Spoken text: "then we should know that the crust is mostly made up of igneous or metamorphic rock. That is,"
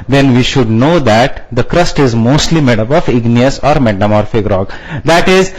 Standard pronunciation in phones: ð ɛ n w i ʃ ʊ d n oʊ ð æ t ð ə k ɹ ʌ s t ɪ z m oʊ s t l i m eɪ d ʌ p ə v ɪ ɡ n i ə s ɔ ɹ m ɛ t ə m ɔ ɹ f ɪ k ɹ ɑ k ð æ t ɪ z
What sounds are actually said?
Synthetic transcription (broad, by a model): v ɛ n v i ʃ ʊ d n oʊ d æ t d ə k ɹ ʌ s t ɪ z m oʊ s t l i m eɪ d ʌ b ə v ɪ ɡ n i ə s ɔ ɹ m ɛ t ə m ɔ ɹ f ɪ k ɹ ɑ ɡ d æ t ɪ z